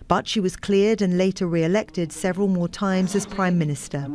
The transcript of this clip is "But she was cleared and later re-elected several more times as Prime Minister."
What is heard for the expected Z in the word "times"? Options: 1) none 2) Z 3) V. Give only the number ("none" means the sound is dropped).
2